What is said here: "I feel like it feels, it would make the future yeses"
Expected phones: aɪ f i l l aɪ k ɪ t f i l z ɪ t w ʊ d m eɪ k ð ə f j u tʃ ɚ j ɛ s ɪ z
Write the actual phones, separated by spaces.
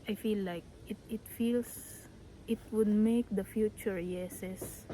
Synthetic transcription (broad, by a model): aɪ f i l l aɪ k ɪ t f i l s ɪ t w ʊ d m eɪ k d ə f j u tʃ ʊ j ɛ s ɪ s